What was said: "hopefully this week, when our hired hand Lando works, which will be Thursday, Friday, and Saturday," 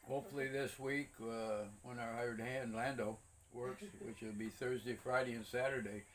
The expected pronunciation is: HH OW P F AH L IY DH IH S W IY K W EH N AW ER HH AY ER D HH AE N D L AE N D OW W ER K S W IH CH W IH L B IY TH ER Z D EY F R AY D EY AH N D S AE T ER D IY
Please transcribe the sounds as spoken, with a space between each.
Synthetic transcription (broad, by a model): HH OW P F L IY DH IH S W IY K W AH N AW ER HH AY ER D HH AE N D L AE N D OW W ER K S W IH CH W IH L B IY TH ER Z D EY F R AY D EY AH N S AE T ER D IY